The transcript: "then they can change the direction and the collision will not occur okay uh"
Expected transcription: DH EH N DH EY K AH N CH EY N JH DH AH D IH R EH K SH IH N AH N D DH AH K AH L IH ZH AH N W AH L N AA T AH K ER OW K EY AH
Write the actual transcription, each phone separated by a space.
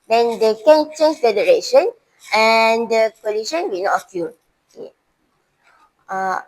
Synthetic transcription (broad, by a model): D EH N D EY K AH N CH EY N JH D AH D IH R EH K SH IH N AH N D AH K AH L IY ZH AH N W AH N AA T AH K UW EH AA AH